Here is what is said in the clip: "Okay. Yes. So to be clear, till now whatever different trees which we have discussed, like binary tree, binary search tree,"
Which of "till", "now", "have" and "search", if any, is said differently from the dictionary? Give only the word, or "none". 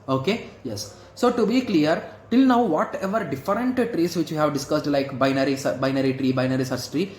search